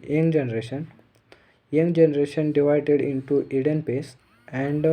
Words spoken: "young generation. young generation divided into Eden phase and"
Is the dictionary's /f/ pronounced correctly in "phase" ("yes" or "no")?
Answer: no